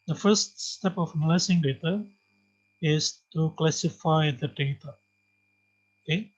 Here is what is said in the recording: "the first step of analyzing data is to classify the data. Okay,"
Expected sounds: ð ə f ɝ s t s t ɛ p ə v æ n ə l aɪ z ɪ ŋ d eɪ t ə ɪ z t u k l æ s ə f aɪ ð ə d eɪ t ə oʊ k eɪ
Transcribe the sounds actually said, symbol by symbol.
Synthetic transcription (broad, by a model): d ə f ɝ s t s t ɛ p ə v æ n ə l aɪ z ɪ ŋ d eɪ t ə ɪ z t u k l æ s ə f aɪ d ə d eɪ t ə oʊ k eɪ